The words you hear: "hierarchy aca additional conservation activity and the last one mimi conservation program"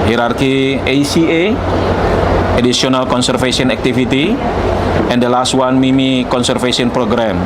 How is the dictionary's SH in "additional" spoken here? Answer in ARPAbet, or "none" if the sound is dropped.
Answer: S